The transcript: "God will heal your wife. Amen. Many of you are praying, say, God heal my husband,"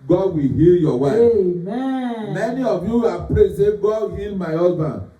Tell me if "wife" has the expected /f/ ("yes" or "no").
no